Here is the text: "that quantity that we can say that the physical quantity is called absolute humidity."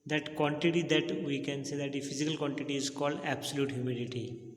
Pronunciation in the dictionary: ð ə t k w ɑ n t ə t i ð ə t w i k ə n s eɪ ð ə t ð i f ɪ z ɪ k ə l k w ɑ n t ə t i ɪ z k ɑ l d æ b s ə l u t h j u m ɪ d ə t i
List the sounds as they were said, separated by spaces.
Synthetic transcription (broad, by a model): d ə t k w ɑ n t ə t i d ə t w i k ə n s eɪ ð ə t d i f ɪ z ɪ k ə l k w ɑ n t ə t i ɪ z k ɑ l d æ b s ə l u t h j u m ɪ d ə t i